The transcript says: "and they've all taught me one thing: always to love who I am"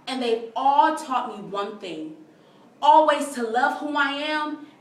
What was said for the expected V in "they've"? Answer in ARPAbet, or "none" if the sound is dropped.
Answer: none